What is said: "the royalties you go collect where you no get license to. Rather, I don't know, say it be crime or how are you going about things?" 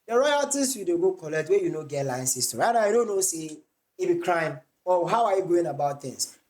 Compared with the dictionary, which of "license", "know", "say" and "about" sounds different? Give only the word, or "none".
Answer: license